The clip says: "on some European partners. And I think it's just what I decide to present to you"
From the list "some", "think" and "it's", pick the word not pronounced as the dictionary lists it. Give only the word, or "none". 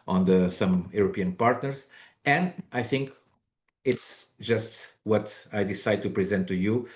none